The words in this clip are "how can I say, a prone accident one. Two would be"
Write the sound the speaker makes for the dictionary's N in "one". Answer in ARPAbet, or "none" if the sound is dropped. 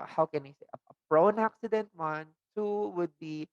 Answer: N